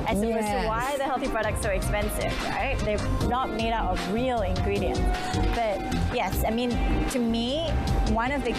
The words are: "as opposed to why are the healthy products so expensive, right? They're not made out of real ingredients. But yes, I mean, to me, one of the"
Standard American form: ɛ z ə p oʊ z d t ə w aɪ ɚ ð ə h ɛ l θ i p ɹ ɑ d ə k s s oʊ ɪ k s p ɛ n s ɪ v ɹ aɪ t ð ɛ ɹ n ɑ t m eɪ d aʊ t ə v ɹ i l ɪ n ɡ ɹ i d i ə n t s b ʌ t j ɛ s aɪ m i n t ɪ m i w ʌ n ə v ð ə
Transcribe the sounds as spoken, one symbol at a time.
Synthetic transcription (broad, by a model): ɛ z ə oʊ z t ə w aɪ ð ə h ɛ l θ i p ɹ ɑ d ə k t s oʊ ɪ k s p ɛ n s ɪ v ɹ aɪ t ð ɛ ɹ n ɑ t m eɪ d aʊ t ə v ɹ i l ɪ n ɡ ɹ i d i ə n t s b ʌ t j ɛ s aɪ m i n t ɪ m i w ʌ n ə v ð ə